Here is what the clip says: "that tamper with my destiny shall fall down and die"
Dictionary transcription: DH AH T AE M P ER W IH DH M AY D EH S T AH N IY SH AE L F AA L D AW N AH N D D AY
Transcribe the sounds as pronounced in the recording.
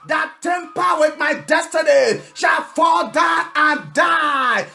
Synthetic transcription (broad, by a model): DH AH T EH M P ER W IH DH M AY D EH S T AH N IY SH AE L F AA L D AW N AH N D D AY